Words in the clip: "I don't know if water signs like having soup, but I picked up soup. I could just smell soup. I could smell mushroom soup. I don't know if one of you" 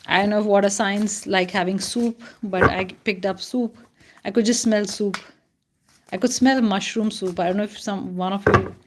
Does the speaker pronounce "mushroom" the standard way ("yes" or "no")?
yes